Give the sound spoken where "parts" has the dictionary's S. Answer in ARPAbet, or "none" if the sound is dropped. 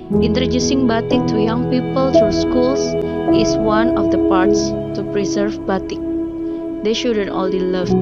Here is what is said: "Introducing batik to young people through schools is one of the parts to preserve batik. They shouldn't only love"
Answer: S